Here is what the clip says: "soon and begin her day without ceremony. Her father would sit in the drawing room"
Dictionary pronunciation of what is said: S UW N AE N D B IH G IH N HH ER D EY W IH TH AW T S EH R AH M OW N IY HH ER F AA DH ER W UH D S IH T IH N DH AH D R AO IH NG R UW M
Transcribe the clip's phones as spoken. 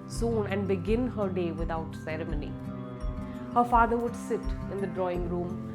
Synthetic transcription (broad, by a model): S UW N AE N D B IH G IH N HH ER D EY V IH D AW T S EH R AH M OW N IY HH ER F AA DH ER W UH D S IH T IH N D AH D R AO IH NG R UW M